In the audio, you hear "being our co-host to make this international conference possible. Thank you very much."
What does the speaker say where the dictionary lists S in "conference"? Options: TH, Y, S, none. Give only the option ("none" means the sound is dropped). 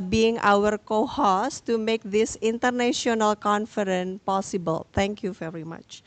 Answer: none